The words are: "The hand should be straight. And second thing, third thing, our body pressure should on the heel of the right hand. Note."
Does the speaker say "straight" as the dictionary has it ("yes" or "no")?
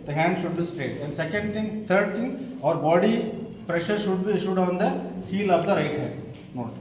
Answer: no